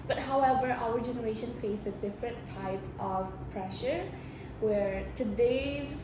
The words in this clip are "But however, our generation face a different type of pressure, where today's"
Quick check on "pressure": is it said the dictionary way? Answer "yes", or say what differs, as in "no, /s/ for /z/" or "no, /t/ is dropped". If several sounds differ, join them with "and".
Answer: yes